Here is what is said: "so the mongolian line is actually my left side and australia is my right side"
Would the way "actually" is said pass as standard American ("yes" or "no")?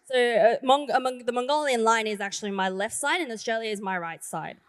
yes